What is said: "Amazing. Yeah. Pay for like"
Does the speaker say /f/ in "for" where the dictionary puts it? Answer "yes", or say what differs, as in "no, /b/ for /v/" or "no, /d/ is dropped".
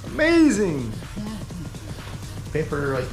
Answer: no, /p/ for /f/